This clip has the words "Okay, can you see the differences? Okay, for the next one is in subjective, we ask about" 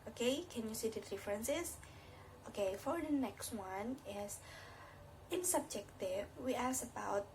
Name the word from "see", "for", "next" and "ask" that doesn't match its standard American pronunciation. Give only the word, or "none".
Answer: ask